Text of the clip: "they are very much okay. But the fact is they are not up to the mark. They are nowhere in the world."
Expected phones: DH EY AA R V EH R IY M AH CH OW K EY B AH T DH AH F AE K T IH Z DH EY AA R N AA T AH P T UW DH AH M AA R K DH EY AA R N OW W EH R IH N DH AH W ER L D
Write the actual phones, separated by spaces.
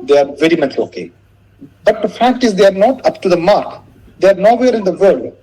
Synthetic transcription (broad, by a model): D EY AA R V EH R IY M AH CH OW K EY B AH T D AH F AE K T IH Z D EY AA R N AA T AH P T UW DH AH M AA R K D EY AA R N OW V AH R IH N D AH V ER L D